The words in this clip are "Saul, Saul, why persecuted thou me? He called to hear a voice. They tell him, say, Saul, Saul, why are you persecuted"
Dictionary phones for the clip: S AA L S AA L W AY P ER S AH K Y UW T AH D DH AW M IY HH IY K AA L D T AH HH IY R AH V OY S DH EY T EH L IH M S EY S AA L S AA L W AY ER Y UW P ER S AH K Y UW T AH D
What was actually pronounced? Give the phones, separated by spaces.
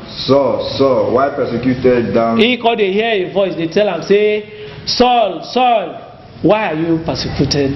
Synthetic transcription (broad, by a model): S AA S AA W AY P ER S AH K Y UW T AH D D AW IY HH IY K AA D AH HH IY AH V OY S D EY T EH L IH M S EY S AA L S AA L W AY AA Y UW P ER S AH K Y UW T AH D